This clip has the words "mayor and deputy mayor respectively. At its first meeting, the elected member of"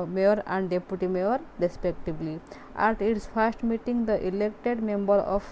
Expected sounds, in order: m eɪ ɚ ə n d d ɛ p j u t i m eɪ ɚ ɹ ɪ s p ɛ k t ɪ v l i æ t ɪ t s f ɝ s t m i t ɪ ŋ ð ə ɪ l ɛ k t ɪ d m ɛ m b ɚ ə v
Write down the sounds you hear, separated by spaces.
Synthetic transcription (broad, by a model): m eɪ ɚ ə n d d ɛ p j u t i m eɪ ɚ ɹ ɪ s p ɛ k t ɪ b l i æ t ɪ t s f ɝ s t m i t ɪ ŋ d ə ɪ l ɛ k t ɪ d m ɛ m b ɚ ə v